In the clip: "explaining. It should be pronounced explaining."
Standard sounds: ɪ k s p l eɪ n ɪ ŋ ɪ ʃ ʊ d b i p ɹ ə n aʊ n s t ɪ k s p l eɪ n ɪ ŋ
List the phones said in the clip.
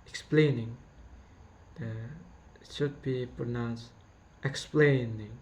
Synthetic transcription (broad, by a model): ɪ k s p l eɪ n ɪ ŋ ɪ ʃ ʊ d b i p ɹ ə n aʊ n s t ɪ k s p l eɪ n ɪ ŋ